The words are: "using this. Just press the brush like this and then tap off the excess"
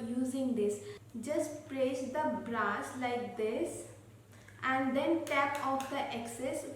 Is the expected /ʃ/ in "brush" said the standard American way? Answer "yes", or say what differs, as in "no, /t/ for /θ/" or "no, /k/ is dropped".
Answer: no, /s/ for /ʃ/